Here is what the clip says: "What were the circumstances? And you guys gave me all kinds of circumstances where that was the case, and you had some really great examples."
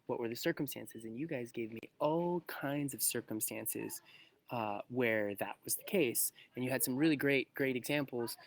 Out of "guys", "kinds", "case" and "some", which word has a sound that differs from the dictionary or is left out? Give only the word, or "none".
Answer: none